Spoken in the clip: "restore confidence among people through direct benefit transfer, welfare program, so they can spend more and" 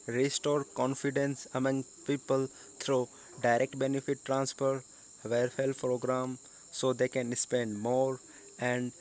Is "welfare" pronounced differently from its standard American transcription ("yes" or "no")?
yes